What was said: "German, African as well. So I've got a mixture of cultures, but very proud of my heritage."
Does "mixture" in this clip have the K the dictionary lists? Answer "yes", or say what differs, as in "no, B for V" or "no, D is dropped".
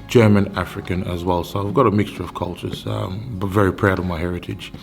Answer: yes